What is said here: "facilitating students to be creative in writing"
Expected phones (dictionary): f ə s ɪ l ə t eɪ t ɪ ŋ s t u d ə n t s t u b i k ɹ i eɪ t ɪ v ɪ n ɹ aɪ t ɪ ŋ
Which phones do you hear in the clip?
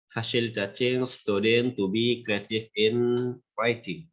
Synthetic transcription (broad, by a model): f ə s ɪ l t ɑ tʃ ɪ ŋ s t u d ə n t t u b i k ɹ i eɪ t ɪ f ɪ n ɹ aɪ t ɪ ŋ